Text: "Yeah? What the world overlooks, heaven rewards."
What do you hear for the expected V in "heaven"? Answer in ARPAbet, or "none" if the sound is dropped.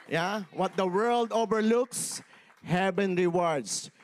B